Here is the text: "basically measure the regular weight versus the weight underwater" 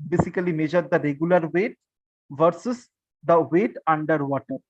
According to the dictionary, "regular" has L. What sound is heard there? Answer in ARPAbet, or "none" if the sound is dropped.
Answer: L